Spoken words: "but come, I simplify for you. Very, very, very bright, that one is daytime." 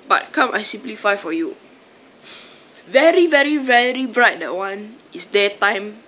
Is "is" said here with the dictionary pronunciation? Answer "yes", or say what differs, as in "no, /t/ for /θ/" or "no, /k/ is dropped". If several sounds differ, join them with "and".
no, /s/ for /z/